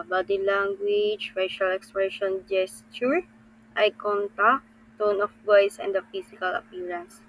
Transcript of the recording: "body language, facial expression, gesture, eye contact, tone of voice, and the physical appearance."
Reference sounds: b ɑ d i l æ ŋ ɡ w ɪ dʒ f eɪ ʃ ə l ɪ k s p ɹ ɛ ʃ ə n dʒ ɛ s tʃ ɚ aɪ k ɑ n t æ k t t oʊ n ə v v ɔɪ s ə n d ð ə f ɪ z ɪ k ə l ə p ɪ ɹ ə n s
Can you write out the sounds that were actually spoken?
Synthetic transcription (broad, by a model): b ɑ d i l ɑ ŋ ɡ w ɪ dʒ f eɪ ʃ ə l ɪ k s p ɹ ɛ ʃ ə n dʒ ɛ s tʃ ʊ aɪ k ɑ n t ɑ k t t oʊ n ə f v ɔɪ s ə n d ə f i s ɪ k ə l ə p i ɹ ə n s